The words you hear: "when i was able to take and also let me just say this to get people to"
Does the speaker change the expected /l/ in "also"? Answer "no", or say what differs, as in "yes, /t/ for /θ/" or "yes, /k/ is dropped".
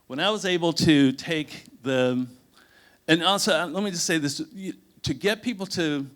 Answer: yes, /l/ is dropped